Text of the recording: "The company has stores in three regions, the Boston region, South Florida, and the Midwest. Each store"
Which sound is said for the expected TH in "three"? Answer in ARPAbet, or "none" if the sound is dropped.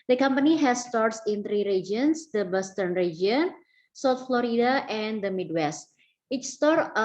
T